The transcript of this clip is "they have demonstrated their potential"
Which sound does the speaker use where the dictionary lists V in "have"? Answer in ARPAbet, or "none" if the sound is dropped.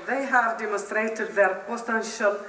V